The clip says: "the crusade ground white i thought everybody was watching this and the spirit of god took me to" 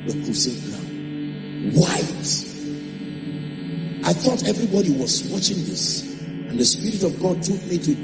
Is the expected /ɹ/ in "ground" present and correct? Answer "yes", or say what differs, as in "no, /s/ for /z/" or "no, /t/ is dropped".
no, /l/ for /ɹ/